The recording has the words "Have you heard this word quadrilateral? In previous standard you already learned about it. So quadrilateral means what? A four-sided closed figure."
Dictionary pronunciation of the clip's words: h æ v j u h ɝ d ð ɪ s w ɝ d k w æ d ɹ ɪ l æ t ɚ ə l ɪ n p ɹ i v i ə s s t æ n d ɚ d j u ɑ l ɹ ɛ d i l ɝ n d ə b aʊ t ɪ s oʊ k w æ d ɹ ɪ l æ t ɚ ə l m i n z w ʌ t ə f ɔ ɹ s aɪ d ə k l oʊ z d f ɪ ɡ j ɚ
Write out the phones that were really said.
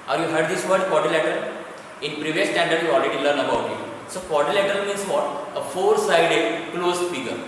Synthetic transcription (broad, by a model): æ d j u h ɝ d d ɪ s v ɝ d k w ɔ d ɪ l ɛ t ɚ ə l ɪ n p ɹ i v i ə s s t æ n d ɚ d j u ɑ l ɹ ɛ d i l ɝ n ə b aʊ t ɪ s oʊ k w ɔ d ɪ l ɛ t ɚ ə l m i n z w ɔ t ə f ɔ ɹ s aɪ d ə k l oʊ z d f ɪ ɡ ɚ